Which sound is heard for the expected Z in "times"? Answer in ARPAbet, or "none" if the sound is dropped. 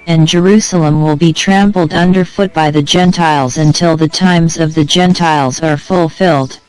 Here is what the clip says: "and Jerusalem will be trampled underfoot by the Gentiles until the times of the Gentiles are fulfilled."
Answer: Z